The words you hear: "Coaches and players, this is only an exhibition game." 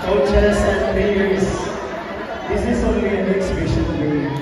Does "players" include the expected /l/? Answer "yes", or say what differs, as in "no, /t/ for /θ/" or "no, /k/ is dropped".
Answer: no, /l/ is dropped